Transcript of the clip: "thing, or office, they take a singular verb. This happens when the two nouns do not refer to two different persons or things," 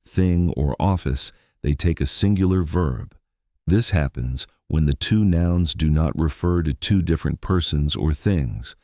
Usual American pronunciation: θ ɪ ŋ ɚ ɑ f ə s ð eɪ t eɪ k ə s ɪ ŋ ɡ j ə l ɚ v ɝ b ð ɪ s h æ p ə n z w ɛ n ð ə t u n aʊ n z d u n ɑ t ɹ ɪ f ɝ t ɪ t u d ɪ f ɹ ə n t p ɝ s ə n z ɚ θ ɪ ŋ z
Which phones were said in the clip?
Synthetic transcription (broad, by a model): θ ɪ ŋ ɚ ɑ f ə s ð eɪ t eɪ k ə s ɪ ŋ ɡ j l ɚ v ɝ b ð ɪ s h æ p ə n z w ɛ n ð ə t u n aʊ n z d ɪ n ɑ t ɹ ɪ f ɝ t ɪ t u d ɪ f ɹ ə n p ɝ s ə n z ɚ θ ɪ ŋ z